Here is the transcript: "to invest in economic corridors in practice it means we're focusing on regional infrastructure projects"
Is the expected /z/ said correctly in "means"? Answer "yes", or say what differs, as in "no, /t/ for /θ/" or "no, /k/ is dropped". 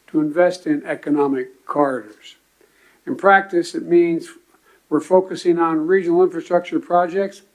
yes